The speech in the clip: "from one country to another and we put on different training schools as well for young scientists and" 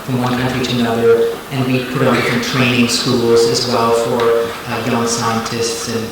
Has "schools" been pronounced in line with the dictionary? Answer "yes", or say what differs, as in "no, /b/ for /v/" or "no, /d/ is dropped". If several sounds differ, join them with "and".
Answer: yes